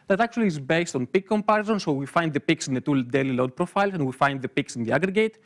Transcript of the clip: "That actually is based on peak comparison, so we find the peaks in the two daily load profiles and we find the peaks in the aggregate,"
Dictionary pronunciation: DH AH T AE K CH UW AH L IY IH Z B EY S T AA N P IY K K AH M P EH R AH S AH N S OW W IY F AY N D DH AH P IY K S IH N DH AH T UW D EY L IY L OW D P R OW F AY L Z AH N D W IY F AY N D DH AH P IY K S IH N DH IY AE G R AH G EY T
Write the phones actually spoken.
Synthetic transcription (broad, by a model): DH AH T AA K CH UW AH L IY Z B EY S T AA N P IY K K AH M P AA R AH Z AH N S OW W IY F AY N D DH AH P IY K S IH N DH AH T UW D EY L IY L OW D P R OW F AY L S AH N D W IY F AY N D DH AH P IY K S IH N DH IY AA G R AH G EY T